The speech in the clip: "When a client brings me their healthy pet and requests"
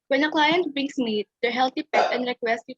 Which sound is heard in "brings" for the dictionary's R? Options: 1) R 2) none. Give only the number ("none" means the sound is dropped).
2